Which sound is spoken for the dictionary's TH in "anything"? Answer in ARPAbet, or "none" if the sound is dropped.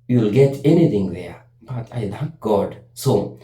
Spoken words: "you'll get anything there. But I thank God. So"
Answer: T